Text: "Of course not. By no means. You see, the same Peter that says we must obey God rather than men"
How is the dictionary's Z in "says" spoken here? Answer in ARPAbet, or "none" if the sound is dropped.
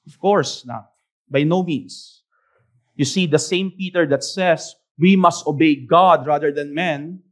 S